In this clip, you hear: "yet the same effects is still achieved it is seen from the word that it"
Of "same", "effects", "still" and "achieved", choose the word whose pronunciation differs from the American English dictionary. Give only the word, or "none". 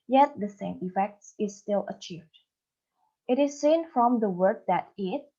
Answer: none